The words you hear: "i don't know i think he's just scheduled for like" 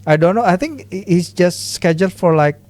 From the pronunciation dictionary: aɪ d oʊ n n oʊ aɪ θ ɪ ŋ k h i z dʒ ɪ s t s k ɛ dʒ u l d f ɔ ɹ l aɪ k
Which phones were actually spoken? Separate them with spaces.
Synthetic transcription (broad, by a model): aɪ d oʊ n n oʊ aɪ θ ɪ ŋ k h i s dʒ ɪ s t s k ɛ dʒ u l d f ɔ ɹ l aɪ k